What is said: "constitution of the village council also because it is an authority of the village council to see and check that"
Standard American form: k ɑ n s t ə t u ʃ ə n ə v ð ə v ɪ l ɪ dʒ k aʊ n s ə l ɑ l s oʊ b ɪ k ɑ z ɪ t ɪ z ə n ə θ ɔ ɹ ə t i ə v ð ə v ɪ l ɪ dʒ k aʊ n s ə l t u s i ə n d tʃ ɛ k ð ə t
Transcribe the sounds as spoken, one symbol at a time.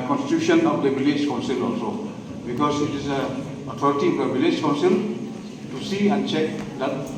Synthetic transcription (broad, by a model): k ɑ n s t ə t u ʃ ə n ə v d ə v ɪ l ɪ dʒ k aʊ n s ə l ɑ l s oʊ b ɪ k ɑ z ɪ t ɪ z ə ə t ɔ ɹ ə t i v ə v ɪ l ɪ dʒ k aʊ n s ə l t u s i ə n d tʃ ɛ k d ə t